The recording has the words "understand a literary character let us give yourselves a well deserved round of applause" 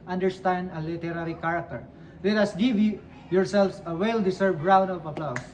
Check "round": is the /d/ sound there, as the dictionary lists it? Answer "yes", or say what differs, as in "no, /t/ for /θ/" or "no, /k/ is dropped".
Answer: no, /d/ is dropped